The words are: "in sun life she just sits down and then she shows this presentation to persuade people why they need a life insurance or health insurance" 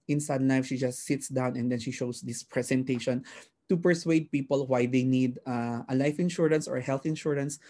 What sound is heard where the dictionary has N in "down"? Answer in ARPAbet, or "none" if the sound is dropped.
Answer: N